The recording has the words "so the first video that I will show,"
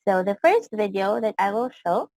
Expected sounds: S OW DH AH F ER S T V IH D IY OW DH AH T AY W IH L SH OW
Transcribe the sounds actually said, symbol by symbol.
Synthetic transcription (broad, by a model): S OW DH AH F ER S T V IH D IY OW DH AH T AY W IH L SH OW